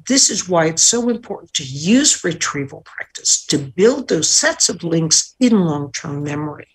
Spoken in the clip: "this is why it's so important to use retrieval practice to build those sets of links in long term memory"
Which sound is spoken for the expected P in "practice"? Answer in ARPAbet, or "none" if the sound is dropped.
P